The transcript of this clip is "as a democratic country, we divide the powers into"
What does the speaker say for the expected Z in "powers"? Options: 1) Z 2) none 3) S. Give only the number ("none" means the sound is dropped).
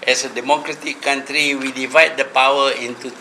2